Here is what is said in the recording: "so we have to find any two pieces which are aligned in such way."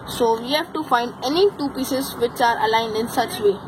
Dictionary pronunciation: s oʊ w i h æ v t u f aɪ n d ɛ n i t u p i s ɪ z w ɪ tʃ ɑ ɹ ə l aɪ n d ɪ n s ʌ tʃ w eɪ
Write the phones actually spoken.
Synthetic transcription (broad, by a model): s oʊ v i h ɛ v t u f aɪ n d ɛ n i t u p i s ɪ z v ɪ tʃ ɑ ɹ ə l aɪ n d ɪ n s ʌ tʃ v eɪ